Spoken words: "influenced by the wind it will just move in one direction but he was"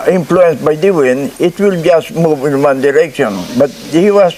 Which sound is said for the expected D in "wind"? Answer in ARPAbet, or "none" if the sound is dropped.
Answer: none